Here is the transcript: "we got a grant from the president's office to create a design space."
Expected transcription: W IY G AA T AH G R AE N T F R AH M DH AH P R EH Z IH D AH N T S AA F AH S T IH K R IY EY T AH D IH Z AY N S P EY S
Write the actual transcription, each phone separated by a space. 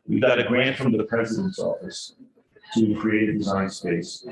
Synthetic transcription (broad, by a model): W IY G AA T AH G R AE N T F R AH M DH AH P R EH Z IH D AH N T S AA F AH S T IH K R IY EY T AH D IH Z AY N S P EY S